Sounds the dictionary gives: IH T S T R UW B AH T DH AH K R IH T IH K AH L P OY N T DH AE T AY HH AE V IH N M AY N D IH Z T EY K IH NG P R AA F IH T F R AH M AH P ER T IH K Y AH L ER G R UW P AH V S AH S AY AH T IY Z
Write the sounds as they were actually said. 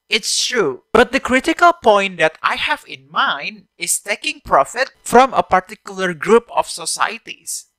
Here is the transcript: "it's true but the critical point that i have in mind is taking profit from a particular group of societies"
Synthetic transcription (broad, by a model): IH T S T R UW B AH T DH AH K R IH T IH K AH L P OY N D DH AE T AY HH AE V IH N M AY N D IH S T EY K IH NG P R AA F IH T F R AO M AH P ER T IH K Y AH L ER G R UW P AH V S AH S AY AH T IY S